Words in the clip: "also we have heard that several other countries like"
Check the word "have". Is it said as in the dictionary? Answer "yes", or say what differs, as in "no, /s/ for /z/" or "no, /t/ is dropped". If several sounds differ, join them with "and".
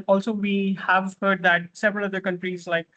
yes